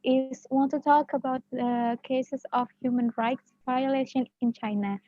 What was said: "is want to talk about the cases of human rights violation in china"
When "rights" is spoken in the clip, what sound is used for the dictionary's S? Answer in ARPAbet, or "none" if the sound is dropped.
S